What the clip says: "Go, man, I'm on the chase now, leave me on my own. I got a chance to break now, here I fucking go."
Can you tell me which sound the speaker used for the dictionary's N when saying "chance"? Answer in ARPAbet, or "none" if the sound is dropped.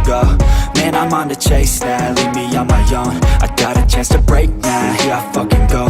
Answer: none